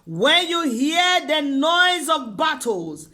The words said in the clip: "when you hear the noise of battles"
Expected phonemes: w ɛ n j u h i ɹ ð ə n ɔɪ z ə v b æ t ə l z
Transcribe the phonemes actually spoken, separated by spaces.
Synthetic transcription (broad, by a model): w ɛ n j u h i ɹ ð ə n ɔɪ z ə v b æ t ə l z